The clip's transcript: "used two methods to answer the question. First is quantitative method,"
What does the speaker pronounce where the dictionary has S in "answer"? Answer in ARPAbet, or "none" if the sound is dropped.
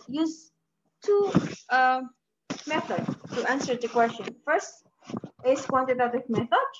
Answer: S